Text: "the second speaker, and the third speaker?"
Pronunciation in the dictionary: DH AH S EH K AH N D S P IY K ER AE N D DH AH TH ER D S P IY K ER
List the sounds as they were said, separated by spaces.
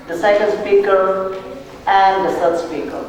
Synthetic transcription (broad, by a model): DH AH S EH K AH N D S P IY K ER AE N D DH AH S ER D S P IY K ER